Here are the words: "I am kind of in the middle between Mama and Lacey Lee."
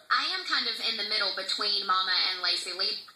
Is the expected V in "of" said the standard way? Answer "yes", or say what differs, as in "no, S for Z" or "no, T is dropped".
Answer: yes